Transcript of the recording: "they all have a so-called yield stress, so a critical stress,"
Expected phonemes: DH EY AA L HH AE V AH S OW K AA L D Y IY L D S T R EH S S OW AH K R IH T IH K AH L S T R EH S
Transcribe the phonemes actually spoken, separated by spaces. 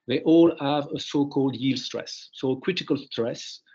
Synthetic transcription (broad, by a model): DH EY AA L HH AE V AH S OW K AA L D Y IY L D S T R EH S S OW AH K R IH T IH K AH L S T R EH S